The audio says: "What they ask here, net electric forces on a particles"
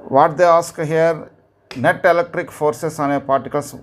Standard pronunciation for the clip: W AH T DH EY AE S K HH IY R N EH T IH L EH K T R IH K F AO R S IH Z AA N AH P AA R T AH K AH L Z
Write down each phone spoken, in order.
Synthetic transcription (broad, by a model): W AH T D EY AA S K HH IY R N EH T IH L EH K T R IH K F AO R S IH S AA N AH P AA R T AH K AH L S